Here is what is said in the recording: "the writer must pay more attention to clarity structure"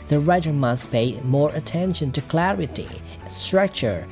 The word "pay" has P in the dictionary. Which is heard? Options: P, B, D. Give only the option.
P